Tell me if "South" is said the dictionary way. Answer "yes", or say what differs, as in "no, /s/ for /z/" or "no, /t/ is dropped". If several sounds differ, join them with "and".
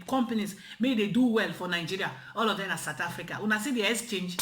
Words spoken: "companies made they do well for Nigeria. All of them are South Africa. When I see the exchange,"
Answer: no, /t/ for /θ/